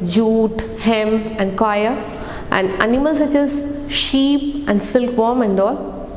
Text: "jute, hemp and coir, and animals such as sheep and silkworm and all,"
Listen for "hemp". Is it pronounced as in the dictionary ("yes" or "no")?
no